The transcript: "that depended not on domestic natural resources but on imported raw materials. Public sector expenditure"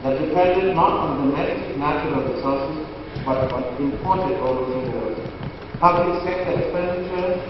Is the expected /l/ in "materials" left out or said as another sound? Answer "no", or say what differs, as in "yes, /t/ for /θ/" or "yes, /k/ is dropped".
yes, /l/ is dropped